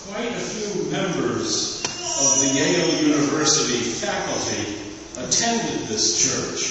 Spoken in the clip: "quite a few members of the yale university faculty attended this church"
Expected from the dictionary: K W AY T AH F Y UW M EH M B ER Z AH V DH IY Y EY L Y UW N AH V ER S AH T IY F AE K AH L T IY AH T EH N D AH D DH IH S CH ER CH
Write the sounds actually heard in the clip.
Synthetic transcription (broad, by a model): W AY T AH F Y UW M EH M B ER Z AH V DH IY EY L Y UW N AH V ER S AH T IY F AE K L T IY AH T EH N D AH D DH IH S CH ER CH